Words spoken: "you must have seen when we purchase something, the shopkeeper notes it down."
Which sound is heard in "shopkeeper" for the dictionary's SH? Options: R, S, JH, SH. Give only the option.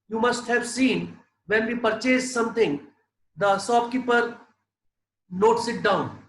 S